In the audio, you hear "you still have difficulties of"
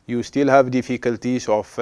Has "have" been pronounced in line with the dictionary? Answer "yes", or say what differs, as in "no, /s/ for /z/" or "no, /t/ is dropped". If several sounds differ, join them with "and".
yes